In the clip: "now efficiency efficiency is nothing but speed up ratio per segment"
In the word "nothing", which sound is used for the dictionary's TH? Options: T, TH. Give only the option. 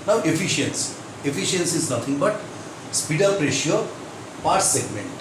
T